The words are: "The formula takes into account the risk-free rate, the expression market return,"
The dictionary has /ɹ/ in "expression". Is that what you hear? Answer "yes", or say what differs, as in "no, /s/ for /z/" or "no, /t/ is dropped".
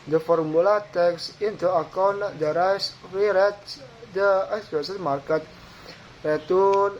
no, /ɹ/ is dropped